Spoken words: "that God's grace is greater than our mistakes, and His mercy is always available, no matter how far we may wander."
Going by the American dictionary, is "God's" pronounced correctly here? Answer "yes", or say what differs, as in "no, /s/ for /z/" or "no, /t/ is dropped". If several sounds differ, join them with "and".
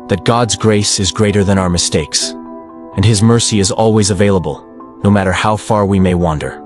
yes